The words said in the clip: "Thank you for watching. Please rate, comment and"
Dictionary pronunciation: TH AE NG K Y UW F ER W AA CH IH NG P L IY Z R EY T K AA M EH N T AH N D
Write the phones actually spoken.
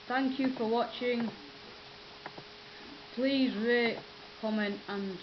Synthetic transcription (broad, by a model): TH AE NG K Y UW F ER W AA CH IH NG P L IY Z R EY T K AA M EH N T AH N